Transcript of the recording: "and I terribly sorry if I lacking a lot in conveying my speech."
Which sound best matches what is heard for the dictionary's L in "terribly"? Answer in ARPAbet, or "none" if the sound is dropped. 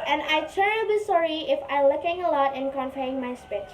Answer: none